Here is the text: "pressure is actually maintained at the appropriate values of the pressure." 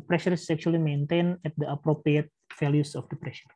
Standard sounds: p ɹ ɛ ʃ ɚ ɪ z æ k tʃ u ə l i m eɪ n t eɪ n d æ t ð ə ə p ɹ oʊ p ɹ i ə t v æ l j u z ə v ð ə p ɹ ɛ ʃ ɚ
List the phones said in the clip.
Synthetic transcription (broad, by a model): p ɹ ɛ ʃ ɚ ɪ s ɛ k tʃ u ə l i m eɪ n t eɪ n ɛ t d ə ə p ɹ oʊ p ɹ i ə t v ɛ l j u s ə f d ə p ɹ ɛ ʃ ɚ